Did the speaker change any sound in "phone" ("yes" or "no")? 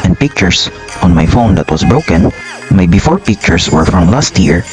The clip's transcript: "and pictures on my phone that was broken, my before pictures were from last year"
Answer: no